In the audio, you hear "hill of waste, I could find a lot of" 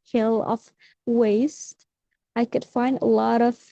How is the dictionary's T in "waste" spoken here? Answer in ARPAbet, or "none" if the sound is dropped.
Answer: T